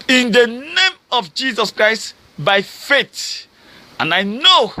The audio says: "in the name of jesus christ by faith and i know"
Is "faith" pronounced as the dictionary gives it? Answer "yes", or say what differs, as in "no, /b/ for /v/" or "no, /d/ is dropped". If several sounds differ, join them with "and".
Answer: no, /t/ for /θ/